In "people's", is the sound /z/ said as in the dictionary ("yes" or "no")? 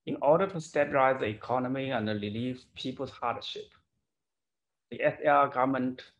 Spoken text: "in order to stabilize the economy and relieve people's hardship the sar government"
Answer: no